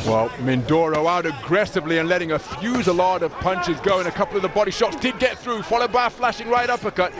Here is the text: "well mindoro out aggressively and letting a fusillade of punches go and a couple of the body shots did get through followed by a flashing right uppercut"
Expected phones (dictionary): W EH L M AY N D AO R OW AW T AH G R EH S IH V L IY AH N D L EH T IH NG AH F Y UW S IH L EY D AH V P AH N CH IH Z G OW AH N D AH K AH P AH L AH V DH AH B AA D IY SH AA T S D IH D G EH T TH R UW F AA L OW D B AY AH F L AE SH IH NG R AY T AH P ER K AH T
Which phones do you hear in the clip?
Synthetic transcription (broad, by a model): W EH L M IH N D AO R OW AW T AH G R EH S IH V L IY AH N L EH T IH NG AH F Y UW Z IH L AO D AH V P AH N CH IH Z G OW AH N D AH K AH P L AH V DH AH B AA D IY SH AA T S D IH D G EH T TH R UW F AA L OW D B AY AH F L AE SH IH NG R AY T AH P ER K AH T